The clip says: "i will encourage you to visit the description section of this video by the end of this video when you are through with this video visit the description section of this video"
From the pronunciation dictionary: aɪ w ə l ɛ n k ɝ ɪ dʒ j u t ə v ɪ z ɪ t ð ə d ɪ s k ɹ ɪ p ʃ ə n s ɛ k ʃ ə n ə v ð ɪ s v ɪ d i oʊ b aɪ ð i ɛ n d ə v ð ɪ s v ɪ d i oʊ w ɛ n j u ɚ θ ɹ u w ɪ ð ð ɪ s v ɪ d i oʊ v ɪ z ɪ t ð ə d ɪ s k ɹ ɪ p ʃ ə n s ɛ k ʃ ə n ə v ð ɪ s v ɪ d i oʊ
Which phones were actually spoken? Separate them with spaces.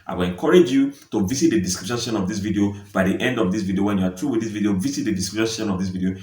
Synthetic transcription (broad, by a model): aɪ w ə l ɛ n k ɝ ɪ dʒ j u t ə v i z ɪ t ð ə d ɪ s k ɹ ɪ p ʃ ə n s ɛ ʃ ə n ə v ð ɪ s v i d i oʊ b aɪ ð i ɛ n d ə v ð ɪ s v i d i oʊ w ɛ n j u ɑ t ɹ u w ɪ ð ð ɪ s v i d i oʊ v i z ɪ t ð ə d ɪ s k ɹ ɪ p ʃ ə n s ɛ ʃ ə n ə v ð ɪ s v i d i oʊ